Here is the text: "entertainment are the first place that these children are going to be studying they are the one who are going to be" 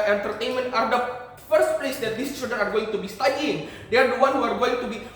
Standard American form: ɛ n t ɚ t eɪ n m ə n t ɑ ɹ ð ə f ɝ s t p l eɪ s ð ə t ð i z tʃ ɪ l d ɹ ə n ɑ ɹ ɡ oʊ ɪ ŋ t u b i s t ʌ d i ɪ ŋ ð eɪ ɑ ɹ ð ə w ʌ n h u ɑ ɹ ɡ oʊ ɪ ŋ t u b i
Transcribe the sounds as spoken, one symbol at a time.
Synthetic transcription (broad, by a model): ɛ n t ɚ t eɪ n m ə n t ɑ ɹ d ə f ɝ s t p l eɪ s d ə t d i s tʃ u d ə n ɑ ɹ ɡ oʊ ɪ ŋ t u b i s t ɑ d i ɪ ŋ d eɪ ɑ ɹ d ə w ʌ n h u ɑ ɹ ɡ oʊ ɪ ŋ t u b i